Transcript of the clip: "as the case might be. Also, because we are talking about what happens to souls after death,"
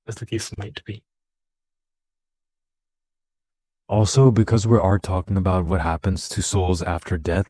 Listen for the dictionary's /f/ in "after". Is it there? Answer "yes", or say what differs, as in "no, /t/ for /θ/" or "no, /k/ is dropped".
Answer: yes